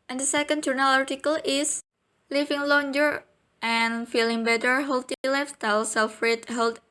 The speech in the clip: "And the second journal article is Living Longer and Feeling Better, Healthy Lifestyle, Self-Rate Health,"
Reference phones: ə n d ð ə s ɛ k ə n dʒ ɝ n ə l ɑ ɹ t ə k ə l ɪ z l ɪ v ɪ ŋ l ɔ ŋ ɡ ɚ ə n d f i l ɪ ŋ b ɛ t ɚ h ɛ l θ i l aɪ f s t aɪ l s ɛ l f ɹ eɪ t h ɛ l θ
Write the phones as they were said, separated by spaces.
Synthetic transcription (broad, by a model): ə n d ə s ɛ k ə n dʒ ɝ n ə l ɑ ɹ t ə k ə l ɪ s l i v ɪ ŋ l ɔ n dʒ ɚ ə n f i l ɪ ŋ b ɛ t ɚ h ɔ l t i l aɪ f t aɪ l s ɛ l f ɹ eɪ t h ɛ l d